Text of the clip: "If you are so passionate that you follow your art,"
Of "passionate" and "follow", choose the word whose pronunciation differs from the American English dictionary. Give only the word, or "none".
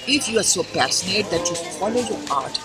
passionate